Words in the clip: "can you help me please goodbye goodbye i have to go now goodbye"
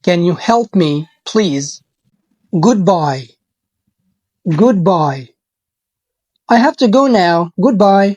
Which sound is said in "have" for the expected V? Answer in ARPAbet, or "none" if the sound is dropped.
F